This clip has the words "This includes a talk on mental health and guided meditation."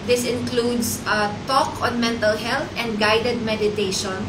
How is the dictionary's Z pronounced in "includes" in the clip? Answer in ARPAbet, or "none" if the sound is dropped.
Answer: S